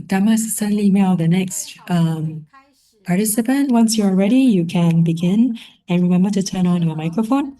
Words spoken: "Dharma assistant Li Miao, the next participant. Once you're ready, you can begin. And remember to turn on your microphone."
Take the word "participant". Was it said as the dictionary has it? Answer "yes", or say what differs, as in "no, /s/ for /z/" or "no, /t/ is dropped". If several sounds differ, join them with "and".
yes